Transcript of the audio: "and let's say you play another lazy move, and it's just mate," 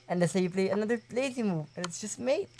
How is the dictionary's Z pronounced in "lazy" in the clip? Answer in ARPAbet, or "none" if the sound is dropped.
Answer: S